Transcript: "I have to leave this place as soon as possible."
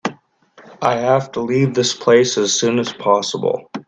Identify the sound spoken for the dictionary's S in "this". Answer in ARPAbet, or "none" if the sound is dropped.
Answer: S